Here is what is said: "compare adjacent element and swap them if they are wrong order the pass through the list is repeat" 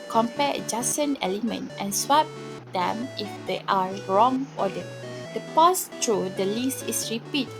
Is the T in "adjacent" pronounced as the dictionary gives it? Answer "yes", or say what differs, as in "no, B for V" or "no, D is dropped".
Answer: no, T is dropped